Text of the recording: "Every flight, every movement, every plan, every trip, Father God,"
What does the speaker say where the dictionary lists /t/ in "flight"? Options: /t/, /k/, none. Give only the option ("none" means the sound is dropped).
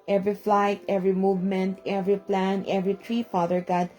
/t/